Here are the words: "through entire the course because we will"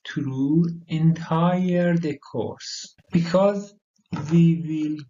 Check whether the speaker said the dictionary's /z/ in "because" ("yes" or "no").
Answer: yes